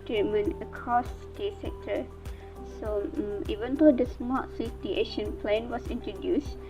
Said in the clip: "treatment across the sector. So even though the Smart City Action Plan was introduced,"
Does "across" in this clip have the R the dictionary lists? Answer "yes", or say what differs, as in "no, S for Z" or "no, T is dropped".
no, R is dropped